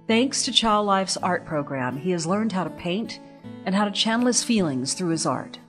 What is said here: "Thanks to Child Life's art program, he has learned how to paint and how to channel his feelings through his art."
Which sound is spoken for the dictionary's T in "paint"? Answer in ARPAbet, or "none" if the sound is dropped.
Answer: T